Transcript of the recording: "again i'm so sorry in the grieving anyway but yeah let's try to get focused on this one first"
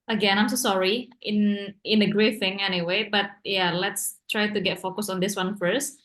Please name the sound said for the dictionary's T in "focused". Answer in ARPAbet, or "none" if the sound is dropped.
none